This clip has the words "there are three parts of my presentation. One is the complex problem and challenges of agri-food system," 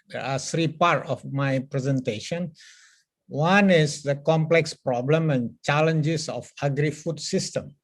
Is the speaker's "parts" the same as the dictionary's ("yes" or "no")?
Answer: no